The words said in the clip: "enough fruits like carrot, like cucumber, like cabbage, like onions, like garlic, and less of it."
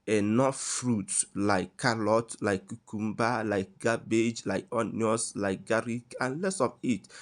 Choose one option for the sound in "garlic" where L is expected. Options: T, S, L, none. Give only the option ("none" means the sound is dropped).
none